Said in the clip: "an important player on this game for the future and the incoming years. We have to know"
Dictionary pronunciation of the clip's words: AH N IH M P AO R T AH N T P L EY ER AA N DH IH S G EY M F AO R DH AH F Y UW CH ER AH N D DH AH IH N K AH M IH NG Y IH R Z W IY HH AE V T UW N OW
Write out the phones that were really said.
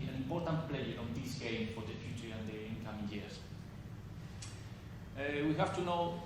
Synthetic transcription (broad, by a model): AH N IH M P AO R T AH N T P L EY ER AA N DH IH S G EY M F AO R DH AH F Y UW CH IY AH N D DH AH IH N K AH M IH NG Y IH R S W IY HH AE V T UW N OW